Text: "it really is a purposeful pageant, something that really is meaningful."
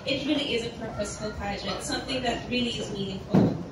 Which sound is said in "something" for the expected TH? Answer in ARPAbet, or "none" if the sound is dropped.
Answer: TH